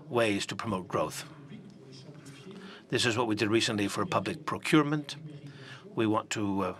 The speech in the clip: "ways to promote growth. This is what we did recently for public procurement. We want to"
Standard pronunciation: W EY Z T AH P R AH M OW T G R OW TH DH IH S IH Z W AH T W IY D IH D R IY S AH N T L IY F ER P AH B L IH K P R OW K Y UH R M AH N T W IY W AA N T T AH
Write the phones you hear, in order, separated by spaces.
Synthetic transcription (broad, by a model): W EY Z T AH P R AH M OW T G R OW TH DH IH S IH Z W AH T W IY D IH D R IY S AH N T L IY F ER P AH B L IH K P R OW K Y UH R M AH N T W IY W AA N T T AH